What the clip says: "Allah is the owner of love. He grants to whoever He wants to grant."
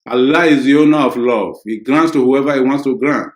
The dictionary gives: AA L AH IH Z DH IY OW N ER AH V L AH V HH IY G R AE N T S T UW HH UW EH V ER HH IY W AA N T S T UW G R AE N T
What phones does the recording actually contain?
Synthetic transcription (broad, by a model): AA L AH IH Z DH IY OW N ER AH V L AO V HH IY G R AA N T S T UW HH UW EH V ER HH IY W AA N T S T UW G R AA N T